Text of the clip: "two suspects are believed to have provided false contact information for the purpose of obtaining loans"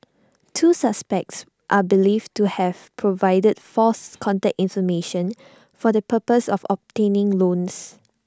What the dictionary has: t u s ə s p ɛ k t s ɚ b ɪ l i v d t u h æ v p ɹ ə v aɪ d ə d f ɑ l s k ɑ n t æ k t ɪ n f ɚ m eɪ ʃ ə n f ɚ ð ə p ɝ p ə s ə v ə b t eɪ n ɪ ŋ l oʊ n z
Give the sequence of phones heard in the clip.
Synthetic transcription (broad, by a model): t u s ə s p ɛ k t s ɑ b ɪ l i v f t u h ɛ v p ɹ ə v aɪ d ə d f ɑ s k ɑ n t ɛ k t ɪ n f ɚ m eɪ ʃ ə n f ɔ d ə p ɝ p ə s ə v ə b t eɪ n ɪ ŋ l oʊ n s